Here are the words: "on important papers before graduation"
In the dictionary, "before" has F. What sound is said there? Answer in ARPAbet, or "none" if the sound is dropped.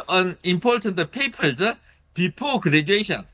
P